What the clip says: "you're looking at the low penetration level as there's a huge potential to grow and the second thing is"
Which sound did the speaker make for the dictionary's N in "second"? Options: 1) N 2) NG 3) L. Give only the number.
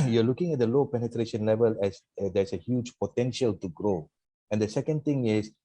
1